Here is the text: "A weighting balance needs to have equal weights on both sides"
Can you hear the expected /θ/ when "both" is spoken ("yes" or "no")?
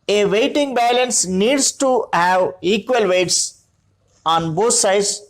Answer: no